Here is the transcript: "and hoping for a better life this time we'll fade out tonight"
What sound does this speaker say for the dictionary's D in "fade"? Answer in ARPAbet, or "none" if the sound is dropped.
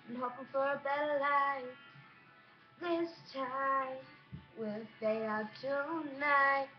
none